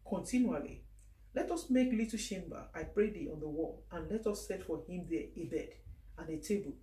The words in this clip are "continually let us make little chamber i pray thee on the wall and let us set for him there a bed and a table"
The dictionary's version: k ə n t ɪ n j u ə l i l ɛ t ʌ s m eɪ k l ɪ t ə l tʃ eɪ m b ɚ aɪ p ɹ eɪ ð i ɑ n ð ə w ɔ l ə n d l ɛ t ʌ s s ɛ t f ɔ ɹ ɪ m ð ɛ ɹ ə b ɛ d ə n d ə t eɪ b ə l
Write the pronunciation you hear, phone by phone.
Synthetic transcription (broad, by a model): k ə n t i n j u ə l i l ɛ t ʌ s m eɪ k l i t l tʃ eɪ m b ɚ aɪ p ɹ eɪ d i ɑ n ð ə w ɔ l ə n l ɛ t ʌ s s ɛ t f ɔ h ɪ m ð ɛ ə b ɛ d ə n ə t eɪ b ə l